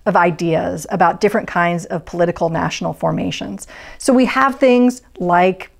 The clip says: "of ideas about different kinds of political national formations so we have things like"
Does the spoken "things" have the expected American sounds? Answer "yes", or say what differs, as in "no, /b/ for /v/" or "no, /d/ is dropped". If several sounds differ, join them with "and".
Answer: yes